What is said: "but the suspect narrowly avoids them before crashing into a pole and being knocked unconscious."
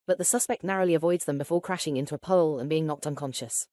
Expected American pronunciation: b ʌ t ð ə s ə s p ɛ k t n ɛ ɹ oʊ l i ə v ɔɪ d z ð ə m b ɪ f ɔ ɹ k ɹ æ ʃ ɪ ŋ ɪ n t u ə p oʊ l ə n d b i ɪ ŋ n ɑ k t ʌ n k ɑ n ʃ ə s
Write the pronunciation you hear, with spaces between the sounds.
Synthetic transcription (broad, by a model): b ʌ t ð ə s ə s p ɛ k t n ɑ ɹ oʊ l i ə v ɔɪ d z ð ə m b ɪ f ɔ k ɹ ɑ ʃ ɪ ŋ ɪ n t u ə p oʊ l ə n b i ɪ ŋ n ɑ k t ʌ n k ɑ n ʃ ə s